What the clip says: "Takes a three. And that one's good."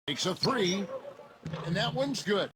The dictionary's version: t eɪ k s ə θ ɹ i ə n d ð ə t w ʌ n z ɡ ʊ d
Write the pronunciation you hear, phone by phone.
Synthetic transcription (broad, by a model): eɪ k s ə θ ɹ i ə n ð ə t w ʌ n z ɡ ʊ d